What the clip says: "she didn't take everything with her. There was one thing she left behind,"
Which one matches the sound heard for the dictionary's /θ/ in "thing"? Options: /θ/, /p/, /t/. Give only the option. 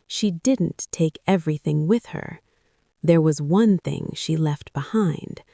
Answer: /θ/